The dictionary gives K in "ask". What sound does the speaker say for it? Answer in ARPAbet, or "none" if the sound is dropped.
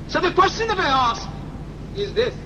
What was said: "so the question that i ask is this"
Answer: none